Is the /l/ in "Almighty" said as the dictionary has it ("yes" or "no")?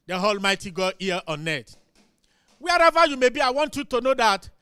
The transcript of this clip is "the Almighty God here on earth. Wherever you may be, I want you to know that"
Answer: yes